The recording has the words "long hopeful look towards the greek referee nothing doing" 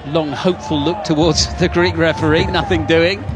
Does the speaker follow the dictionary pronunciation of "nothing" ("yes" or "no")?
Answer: yes